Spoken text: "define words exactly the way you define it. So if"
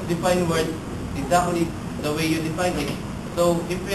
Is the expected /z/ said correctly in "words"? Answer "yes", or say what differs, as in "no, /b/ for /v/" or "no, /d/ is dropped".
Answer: no, /z/ is dropped